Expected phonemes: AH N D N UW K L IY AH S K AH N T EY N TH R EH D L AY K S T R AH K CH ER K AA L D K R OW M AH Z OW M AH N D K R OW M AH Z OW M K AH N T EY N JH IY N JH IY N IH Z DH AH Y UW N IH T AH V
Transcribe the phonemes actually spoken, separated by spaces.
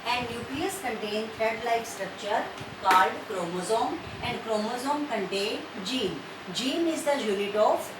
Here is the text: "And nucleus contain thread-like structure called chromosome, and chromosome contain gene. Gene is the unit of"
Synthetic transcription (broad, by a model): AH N D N UW K L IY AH S K AH N T EY N F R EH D L AY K S T R AH K CH ER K AA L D K R OW M AH Z OW M AH N D K R OW M AH Z OW M K AH N T EY N JH IY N JH IY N IH Z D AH Y UW N IH T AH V